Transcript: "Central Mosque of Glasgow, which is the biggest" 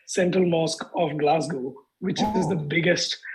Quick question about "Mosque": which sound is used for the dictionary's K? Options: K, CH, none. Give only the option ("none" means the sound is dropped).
K